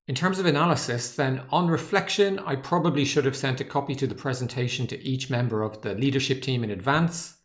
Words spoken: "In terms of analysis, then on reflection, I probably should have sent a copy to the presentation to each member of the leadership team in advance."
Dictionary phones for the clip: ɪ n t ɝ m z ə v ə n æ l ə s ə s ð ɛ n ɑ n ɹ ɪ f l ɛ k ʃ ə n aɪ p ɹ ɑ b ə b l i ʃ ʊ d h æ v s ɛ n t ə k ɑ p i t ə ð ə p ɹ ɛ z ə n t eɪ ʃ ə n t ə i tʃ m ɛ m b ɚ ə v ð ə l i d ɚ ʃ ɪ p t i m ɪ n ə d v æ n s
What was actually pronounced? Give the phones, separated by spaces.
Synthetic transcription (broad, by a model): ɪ n t ɝ m z ə v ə n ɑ l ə s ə s ð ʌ n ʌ n ɹ ɪ f l ɛ k ʃ ə n aɪ p ɹ ɑ b ə b l i ʃ ʊ d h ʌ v s ɛ n t ə k ɑ p i t ə ð ə p ɹ ɛ z ə n t eɪ ʃ ə n t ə i tʃ m ɛ m b ɚ ə v ð ə l i d ɚ ʃ ɪ p t i m ɪ n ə d v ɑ n s